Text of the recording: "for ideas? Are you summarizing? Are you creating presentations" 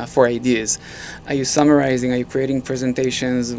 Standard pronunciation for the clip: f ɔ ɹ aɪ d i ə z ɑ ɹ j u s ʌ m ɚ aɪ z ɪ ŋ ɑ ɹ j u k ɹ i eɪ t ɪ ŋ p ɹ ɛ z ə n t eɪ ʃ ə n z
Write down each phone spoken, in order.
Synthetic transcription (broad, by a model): f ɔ ɹ aɪ d i ə z ɑ ɹ j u s ʌ m ɚ aɪ z ɪ ŋ ɑ ɹ j u k ɹ i eɪ t ɪ ŋ p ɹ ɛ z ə n t eɪ ʃ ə n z